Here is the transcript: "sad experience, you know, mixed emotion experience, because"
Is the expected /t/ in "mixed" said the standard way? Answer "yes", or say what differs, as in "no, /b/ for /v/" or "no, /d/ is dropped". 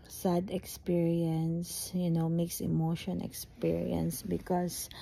no, /t/ is dropped